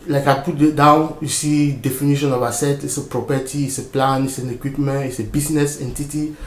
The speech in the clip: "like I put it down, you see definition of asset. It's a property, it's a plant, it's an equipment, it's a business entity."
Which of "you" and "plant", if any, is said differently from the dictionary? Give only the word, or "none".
plant